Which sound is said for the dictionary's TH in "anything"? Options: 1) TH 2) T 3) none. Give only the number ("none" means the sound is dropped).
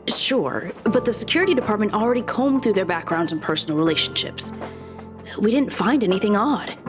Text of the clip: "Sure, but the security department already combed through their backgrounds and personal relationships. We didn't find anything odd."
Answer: 1